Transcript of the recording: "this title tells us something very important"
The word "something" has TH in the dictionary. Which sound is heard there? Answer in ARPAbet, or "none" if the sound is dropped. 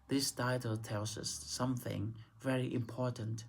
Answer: TH